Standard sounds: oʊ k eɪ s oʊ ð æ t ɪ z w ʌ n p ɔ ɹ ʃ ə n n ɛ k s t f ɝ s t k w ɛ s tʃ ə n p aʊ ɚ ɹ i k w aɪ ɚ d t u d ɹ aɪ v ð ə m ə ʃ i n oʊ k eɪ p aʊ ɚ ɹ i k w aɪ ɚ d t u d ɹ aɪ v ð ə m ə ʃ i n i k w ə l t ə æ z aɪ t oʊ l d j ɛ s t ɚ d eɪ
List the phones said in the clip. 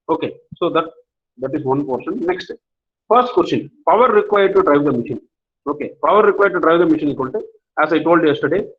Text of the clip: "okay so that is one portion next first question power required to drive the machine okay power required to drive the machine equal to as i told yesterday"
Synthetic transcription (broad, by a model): oʊ k eɪ s oʊ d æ t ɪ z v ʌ n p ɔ ɹ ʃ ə n n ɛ k s t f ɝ s t k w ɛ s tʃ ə n p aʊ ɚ ɹ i k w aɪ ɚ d t u d ɹ aɪ v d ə m ə ʃ i n oʊ k eɪ p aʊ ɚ ɹ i k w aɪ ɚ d t u d ɹ aɪ v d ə m ə ʃ i n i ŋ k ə n t ə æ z aɪ t oʊ l d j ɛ s t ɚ d eɪ